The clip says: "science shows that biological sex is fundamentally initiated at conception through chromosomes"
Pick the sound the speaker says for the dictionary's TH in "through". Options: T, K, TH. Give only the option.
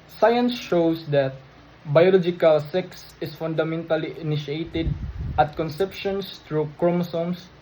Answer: T